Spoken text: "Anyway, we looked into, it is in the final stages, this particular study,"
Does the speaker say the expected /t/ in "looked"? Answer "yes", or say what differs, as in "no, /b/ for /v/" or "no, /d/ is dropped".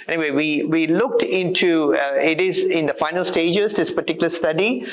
yes